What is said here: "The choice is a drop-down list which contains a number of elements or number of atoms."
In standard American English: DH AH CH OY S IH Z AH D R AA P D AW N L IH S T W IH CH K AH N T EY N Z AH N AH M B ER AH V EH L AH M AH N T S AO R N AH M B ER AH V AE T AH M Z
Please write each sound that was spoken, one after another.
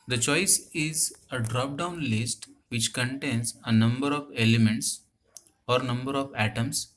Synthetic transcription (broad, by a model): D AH CH OY S IH Z AH D R AA P D AW N L IH S T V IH CH K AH N T EY N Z AH N AH M B ER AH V EH L AH M AH N T S AO R N AH M B ER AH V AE T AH M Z